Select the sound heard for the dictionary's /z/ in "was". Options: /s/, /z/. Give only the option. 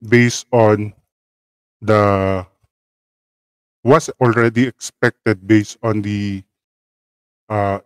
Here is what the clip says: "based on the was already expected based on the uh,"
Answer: /s/